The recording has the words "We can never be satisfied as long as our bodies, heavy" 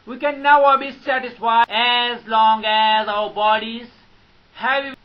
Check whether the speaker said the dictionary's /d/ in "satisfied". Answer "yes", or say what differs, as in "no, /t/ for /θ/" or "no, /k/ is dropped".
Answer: no, /d/ is dropped